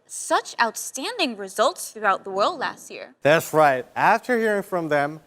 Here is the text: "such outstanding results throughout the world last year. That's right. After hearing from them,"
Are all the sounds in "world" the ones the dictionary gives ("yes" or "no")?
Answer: yes